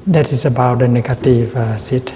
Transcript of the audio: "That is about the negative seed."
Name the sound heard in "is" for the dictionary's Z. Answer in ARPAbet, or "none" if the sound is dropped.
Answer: S